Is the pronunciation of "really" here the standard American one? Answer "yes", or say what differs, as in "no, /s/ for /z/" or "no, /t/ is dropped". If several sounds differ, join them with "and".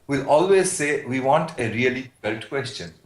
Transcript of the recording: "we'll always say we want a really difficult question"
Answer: no, /l/ is dropped